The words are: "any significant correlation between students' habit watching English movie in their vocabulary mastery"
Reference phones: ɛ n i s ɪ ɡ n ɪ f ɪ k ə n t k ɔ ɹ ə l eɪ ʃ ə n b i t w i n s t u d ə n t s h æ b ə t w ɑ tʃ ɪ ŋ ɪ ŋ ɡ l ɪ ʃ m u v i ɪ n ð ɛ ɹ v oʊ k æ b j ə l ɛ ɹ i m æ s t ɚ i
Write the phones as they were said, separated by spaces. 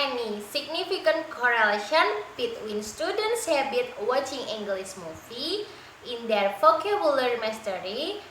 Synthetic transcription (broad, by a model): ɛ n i s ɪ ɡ n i f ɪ k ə n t k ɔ ɹ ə l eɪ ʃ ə n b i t w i n s t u d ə n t s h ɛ b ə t w ɑ tʃ ɪ ŋ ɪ ŋ ɡ l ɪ s m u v i ɪ n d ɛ ɹ f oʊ k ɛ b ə l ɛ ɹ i m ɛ s t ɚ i